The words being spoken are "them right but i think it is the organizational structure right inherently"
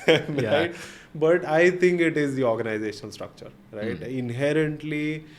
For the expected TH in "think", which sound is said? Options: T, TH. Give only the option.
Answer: T